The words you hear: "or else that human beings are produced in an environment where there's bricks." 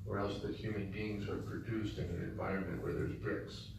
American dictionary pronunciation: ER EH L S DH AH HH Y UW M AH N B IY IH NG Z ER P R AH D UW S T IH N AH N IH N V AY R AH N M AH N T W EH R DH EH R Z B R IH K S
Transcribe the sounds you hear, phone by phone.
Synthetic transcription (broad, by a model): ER EH L S DH AH HH Y UW M AH N B IY IH NG Z ER P R AH D UW S T IH N AH N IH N V AY R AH N M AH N T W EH R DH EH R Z B R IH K S